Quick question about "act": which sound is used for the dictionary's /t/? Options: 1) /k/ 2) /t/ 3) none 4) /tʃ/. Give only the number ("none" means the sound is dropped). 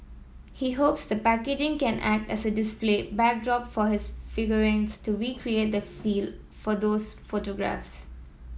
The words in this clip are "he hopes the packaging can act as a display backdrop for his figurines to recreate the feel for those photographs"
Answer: 2